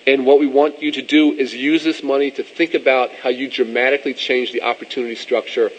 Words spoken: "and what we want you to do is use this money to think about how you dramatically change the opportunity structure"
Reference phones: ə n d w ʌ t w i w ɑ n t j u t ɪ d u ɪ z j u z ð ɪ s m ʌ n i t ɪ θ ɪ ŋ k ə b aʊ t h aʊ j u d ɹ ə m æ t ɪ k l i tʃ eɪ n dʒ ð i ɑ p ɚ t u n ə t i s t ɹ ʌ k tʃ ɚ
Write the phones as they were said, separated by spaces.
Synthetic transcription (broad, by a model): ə n w ʌ t w i w ɑ n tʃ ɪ t ɪ d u ɪ z j u z ð ɪ s m ʌ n i t ɪ θ ɪ ŋ k ə b aʊ t h aʊ j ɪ d ɹ ə m æ t ɪ k l i tʃ eɪ n dʒ ð i ɑ p ɚ t u n ə t i s t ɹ ʌ k tʃ ɚ